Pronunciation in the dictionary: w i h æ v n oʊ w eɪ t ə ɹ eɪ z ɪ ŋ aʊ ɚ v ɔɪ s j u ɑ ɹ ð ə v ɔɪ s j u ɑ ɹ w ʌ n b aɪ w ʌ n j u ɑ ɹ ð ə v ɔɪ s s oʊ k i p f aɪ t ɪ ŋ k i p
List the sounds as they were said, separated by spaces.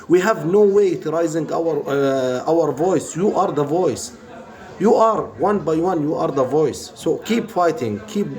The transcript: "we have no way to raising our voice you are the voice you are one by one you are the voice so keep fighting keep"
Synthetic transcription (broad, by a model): w i h æ v n oʊ w eɪ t ɹ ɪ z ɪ ŋ aʊ ɚ v ɔɪ s j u ɑ ɹ ð ə v ɔɪ s j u ɑ ɹ w ʌ n b aɪ w ʌ n j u ɑ ɹ ð ə v ɔɪ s s oʊ k i p f aɪ t ɪ ŋ k i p